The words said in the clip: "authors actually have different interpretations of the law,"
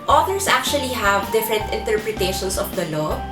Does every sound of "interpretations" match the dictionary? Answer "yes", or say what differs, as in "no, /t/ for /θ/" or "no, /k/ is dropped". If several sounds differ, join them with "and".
no, /s/ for /z/